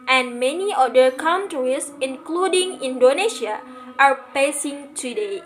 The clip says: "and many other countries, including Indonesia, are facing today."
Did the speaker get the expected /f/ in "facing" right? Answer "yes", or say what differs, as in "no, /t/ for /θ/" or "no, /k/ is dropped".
no, /p/ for /f/